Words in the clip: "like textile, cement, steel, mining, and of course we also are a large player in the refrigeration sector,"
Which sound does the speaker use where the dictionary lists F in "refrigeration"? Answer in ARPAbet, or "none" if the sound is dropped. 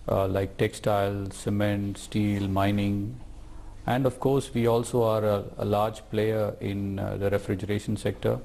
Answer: F